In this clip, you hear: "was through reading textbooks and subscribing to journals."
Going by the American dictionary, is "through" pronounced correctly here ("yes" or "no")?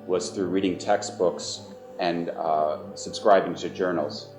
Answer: yes